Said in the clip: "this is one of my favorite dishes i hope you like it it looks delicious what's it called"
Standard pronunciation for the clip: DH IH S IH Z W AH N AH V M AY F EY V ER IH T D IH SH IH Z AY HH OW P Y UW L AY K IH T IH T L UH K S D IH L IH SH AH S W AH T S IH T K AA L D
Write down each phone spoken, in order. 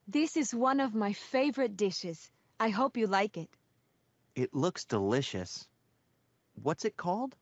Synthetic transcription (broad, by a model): DH IH S IH Z W AH N AH V M AY F EY V ER IH T D IH SH IH Z AY HH OW P Y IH L AY K IH T IH T L UH K S D IH L IH SH AH S W AH T S IH T K AA L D